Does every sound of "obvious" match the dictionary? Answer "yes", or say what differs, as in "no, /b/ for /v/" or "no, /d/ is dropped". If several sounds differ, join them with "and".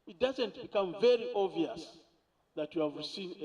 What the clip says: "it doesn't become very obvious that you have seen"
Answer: no, /b/ is dropped